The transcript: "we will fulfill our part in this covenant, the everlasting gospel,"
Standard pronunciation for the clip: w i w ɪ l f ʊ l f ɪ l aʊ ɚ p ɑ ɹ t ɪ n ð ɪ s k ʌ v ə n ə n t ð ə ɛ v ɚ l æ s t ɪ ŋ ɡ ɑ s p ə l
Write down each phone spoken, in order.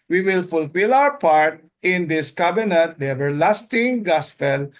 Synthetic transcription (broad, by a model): w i w ɪ l f ʊ l f ɪ l aʊ ɚ p ɑ ɹ t ɪ n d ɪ s k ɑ b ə n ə t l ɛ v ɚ l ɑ s t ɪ ŋ ɡ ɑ s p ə l